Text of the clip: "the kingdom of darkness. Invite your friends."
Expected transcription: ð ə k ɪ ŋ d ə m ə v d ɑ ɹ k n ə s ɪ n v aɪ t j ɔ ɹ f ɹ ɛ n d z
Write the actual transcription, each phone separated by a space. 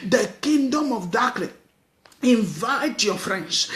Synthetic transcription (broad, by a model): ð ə k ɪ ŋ d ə m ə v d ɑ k l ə ɪ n v aɪ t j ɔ f ɹ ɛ n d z